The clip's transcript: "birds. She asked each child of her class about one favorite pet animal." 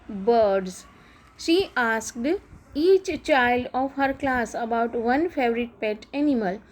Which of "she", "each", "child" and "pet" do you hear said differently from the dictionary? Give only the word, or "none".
none